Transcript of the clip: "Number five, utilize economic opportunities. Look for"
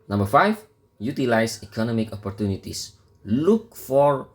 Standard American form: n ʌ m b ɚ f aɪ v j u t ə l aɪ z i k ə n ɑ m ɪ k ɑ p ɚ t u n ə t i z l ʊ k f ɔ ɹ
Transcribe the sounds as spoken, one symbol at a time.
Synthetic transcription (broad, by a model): n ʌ m b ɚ f aɪ f j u t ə l aɪ s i k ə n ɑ m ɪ k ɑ p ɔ t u n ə t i s l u k f ɔ ɹ